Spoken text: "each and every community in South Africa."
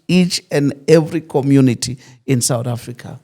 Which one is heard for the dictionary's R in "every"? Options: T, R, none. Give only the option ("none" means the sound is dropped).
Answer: R